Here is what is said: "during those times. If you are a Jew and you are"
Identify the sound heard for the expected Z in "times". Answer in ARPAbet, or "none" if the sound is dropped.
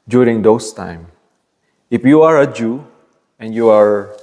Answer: none